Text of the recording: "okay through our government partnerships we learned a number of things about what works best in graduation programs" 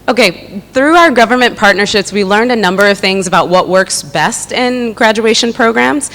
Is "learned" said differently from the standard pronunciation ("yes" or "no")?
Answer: no